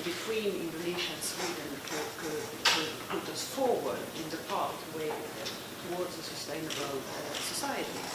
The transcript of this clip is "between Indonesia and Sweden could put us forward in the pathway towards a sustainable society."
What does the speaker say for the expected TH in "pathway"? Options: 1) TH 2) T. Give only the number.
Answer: 2